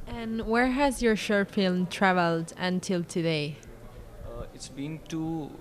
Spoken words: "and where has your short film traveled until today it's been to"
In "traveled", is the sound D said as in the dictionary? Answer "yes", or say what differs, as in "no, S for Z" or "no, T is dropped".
yes